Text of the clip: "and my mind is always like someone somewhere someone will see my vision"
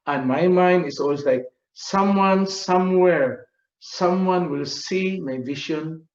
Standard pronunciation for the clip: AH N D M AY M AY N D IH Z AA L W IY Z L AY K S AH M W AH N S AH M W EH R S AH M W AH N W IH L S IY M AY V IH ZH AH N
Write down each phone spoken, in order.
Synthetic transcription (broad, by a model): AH N M AY M AY N D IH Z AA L W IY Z L AY K S AH M W AH N S AH M W EH R S AH M W AH N W IH L S IY M AY V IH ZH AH N